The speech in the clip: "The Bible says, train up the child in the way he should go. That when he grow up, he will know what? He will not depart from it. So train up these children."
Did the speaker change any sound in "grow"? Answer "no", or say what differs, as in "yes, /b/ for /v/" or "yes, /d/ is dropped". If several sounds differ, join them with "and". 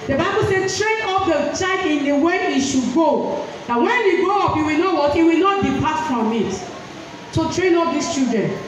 yes, /ɹ/ is dropped